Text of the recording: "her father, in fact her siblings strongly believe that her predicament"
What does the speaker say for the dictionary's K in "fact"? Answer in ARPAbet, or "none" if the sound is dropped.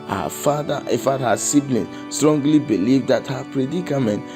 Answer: none